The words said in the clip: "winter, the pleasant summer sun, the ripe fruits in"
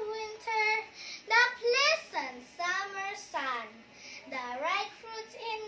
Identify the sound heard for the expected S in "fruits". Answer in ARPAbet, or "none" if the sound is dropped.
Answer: none